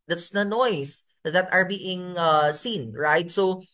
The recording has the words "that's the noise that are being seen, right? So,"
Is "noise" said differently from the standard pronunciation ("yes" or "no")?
yes